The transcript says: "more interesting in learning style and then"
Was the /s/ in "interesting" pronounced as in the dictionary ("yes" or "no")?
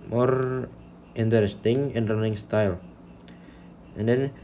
yes